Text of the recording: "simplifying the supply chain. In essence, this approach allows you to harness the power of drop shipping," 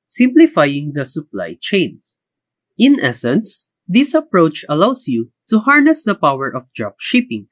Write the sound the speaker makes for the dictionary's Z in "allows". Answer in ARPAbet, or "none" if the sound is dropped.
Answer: S